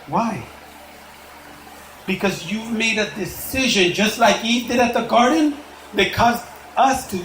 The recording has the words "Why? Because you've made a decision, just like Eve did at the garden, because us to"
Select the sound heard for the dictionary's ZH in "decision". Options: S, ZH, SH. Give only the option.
ZH